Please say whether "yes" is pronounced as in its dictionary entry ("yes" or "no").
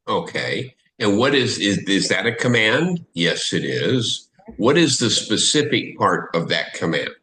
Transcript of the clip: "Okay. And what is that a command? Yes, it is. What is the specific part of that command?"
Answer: yes